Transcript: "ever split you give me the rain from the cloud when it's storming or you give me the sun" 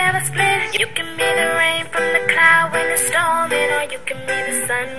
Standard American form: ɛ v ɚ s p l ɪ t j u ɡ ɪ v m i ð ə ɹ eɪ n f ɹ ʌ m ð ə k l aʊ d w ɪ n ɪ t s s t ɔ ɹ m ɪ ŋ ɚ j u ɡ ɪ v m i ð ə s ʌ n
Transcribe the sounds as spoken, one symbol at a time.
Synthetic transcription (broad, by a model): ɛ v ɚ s l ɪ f j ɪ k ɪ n m i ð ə ɹ eɪ n f ɹ ʌ m ð ə k l aʊ d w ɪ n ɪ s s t ɔ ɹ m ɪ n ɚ j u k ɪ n m i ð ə s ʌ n